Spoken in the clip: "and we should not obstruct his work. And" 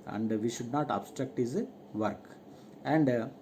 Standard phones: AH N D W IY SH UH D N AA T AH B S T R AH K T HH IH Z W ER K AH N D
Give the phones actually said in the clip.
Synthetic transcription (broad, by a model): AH N D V IY SH UH D N AA T AH B S T R AH K T HH IH Z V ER K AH N D